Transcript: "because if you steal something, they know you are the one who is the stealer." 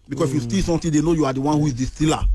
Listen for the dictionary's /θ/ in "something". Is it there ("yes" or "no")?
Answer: no